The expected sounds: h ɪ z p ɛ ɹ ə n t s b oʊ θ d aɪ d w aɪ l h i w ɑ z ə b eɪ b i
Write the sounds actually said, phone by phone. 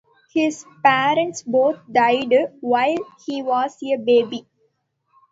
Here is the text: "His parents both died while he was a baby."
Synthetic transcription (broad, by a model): h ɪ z p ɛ ɹ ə n t s b oʊ t d aɪ d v aɪ l h i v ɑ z ə b eɪ b i